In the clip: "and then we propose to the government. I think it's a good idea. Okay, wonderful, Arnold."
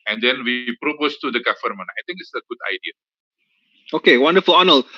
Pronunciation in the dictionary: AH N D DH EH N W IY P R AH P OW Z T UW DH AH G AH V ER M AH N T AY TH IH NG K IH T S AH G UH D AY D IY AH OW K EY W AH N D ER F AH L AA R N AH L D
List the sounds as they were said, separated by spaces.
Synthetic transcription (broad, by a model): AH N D EH N W IY P R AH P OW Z T UW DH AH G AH F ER M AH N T AY T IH NG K IH T S AH G UH D AY D IY AH OW K EY W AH N D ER F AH L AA N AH L